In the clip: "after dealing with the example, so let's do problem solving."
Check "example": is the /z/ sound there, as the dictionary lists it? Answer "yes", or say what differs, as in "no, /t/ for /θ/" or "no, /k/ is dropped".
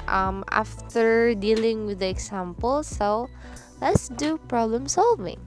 no, /s/ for /z/